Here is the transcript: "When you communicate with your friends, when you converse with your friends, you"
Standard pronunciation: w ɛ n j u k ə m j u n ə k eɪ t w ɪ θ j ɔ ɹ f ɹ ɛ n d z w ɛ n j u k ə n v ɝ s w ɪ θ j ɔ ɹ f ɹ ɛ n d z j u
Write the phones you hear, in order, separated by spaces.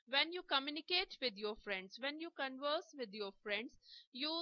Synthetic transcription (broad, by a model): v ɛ n j u k ə m j u n ə k eɪ t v ɪ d j ɔ ɹ f ɹ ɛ n d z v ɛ n j u k ə n v ɝ s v ɪ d j ɔ ɹ f ɹ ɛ n d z j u